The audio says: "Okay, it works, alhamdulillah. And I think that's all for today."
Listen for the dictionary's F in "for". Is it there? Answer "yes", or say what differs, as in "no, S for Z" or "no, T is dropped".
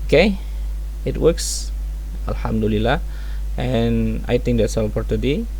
no, P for F